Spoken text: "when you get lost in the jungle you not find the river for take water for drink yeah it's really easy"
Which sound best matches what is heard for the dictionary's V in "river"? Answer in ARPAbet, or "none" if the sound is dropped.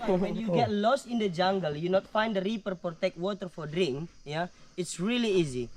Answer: P